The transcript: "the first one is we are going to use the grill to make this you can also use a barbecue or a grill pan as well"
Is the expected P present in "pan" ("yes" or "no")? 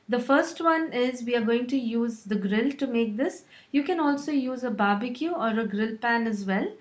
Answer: yes